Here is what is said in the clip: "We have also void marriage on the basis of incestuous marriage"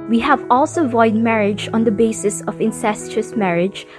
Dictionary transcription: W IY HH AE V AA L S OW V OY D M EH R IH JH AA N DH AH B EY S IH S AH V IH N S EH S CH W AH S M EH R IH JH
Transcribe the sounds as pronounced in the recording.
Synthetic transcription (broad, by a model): W IY HH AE V AA L S OW V OY D M EH R IH JH AA N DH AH B EY S IH S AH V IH N S EH S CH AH S M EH R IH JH